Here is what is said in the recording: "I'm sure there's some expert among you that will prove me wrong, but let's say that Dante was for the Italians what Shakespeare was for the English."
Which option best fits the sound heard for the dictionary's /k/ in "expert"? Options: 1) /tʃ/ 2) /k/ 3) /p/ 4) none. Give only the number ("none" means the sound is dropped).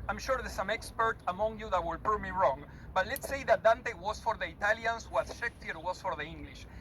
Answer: 2